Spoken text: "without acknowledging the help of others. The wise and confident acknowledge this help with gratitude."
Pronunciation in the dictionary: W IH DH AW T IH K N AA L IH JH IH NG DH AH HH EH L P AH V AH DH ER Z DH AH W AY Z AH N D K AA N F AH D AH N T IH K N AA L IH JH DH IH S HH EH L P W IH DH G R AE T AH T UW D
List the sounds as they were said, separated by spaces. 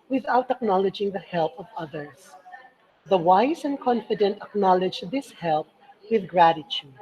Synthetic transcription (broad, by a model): W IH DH AW T IH K N AA L IH JH IH NG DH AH HH EH L P AH V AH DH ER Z DH AH W AY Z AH N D K AA N F AH D AH N T IH K N AA L IH JH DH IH S HH EH L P W IH DH G R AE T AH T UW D